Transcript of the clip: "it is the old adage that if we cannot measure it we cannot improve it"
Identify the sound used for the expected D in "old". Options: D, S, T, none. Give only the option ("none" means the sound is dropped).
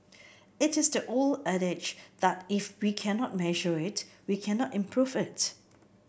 none